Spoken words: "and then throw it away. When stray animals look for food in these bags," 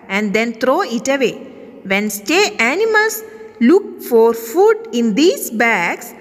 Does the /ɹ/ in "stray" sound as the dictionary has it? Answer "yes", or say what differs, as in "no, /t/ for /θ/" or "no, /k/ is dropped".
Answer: no, /ɹ/ is dropped